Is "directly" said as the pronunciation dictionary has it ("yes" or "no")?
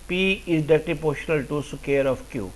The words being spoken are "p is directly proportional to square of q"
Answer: no